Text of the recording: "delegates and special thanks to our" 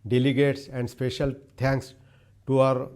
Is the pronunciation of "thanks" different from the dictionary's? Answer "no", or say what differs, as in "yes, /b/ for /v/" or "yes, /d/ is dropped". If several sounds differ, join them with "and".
yes, /t/ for /θ/